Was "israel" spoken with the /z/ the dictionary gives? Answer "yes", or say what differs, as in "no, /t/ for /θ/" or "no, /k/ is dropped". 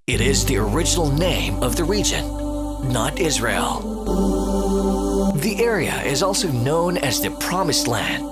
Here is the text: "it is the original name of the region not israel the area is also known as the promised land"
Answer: yes